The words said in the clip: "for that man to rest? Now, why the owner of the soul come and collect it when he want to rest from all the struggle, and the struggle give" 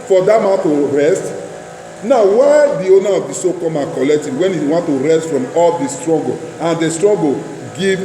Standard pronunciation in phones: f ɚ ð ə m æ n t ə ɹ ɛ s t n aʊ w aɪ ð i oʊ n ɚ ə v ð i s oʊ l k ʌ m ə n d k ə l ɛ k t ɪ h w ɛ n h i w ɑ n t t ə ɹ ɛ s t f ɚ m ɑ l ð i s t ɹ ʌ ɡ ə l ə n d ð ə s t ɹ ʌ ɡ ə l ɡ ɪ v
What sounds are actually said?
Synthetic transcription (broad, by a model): f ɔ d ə m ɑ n t ə ɹ ɛ s t n aʊ w aɪ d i oʊ n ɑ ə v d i s oʊ k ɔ m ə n k ə l ɛ k t ɪ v w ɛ n h i w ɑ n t t ə ɹ ɛ s t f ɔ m ɑ l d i s t ɹ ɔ ɡ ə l ə n d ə s t ɹ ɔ ɡ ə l ɡ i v